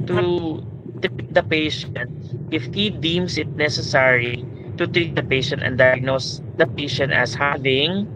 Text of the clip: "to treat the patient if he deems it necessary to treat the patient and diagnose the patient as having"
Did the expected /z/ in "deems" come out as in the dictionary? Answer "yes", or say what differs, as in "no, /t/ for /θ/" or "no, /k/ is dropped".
no, /s/ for /z/